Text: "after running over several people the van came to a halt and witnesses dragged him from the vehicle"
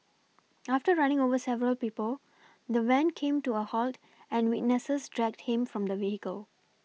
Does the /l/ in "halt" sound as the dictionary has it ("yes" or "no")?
yes